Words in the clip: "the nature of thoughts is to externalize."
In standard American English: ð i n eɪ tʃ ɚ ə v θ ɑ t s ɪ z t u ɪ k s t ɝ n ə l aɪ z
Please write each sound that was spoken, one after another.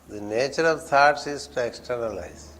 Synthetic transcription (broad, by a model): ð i n eɪ tʃ ɚ ə v t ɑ t s ɪ z t u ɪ k s t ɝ n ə l aɪ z